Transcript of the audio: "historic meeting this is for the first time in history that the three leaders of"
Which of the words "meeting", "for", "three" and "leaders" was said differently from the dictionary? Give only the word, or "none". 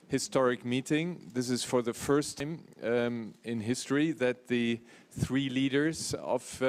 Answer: none